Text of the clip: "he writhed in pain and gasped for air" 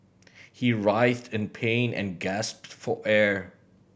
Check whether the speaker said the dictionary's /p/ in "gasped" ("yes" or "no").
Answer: yes